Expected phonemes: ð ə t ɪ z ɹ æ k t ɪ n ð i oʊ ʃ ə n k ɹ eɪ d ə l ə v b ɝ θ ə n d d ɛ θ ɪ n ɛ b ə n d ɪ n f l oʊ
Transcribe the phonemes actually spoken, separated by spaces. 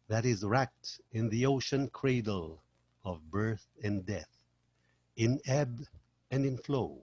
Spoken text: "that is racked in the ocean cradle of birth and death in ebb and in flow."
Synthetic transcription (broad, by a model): ð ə t ɪ z ɹ æ k t ɪ n ð i oʊ ʃ ə n k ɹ eɪ d l ə v b ɝ θ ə n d d ɛ θ ɪ n ɛ b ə n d ɪ n f l oʊ